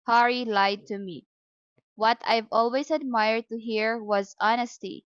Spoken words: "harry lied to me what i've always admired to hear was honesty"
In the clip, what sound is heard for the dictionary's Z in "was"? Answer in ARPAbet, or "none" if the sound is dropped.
Z